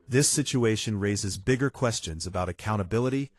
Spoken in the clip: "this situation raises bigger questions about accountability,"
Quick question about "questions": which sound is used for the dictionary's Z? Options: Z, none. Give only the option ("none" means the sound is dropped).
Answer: Z